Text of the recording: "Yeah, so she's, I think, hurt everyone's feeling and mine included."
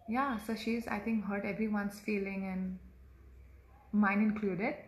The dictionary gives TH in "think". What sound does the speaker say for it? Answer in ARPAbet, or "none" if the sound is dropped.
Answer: T